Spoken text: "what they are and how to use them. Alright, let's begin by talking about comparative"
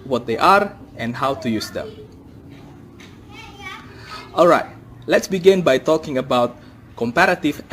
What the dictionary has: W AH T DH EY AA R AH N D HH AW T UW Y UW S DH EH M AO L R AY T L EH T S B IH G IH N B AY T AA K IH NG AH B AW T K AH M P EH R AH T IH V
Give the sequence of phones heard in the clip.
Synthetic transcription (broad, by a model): W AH T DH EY AA R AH N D HH AW T UW Y UW S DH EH M AO L R AY T L EH T S B IH G IH N B AY T AA K IH NG AH B AW T K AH M P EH R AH T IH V